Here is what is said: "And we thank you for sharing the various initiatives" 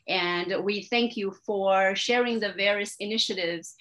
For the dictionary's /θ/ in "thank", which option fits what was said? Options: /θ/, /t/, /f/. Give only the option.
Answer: /θ/